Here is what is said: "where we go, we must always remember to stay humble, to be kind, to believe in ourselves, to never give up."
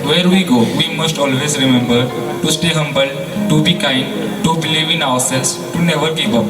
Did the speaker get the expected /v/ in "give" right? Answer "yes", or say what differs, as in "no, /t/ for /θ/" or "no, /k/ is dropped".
no, /p/ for /v/